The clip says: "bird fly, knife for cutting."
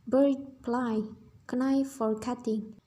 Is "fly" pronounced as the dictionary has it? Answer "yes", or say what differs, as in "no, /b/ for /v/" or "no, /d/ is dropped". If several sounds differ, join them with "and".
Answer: no, /p/ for /f/